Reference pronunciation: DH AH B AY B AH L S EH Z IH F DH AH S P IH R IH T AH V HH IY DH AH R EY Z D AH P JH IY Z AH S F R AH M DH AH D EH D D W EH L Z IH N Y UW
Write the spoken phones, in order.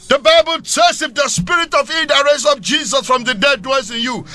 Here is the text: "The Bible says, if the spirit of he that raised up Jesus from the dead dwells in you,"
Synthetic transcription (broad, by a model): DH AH B AY B AH L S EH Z IH F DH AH S P IH R IH T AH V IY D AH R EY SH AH F JH IY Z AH S F R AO M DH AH D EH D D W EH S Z IH N Y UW